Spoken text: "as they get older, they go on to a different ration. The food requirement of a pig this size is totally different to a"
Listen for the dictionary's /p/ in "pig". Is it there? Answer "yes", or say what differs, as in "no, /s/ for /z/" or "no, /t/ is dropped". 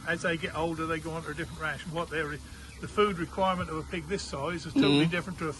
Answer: yes